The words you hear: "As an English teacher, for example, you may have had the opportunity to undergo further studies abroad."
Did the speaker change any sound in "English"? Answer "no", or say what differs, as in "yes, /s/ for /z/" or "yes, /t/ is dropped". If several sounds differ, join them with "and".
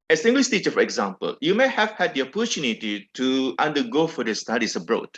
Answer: yes, /s/ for /ʃ/